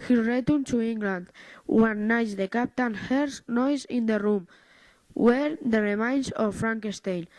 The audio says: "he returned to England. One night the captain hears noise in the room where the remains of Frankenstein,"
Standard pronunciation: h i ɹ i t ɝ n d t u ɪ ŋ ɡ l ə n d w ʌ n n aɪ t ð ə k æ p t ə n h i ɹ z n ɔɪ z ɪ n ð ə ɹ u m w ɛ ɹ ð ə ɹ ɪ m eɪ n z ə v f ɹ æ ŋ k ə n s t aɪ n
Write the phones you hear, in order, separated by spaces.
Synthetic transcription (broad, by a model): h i ɹ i t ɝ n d t u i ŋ ɡ l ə n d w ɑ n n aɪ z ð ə k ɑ p t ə n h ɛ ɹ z n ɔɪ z ɪ n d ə ɹ u m w ɛ ɹ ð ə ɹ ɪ m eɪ n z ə f f ɹ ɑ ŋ k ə s t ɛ n